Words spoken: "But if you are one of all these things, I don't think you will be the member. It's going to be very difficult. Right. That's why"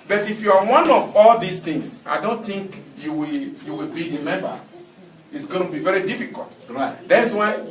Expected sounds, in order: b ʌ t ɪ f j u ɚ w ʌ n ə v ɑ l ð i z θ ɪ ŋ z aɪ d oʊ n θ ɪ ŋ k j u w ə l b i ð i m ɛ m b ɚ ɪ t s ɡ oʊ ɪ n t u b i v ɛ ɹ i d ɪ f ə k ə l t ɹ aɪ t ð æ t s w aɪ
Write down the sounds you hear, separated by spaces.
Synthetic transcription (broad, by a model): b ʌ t ɪ f j u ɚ w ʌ n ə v ɑ l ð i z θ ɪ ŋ s aɪ d oʊ n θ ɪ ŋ k j u w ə w b i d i m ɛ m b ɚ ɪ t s ɡ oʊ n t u b i v ɛ ɹ i d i f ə k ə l t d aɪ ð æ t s w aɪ